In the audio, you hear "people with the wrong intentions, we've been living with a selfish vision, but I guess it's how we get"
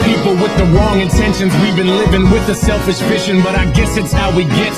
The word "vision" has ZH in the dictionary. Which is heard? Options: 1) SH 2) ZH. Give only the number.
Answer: 1